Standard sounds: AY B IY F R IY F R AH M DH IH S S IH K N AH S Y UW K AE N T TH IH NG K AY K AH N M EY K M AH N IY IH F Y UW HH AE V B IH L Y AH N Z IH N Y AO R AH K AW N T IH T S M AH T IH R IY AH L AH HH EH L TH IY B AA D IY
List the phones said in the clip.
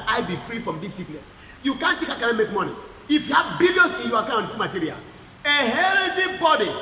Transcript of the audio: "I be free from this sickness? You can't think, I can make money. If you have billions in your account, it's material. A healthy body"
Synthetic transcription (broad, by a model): AY B IY F R IY F R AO M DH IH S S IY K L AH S Y UW K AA N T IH K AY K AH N M EY K M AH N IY IH F Y UW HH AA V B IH L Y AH N S IH N Y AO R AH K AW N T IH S M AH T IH R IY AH L AH HH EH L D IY B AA D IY